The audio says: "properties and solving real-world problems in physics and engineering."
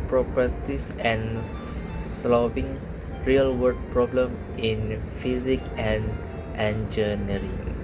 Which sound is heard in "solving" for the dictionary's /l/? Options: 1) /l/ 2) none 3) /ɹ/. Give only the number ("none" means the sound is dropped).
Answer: 2